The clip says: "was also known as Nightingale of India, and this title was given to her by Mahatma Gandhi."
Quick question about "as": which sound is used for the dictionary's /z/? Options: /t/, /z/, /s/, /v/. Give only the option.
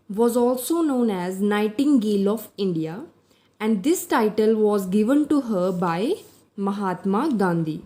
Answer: /z/